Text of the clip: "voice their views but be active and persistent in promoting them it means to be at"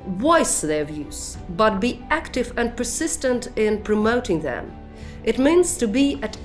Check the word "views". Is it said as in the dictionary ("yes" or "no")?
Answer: yes